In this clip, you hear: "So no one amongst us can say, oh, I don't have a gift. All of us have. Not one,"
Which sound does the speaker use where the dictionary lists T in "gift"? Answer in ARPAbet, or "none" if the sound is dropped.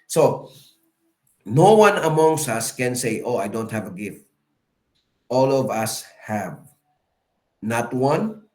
T